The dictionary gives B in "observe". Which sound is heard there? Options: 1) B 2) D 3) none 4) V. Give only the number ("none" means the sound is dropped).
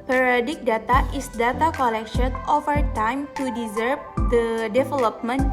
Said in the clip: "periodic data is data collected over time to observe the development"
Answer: 3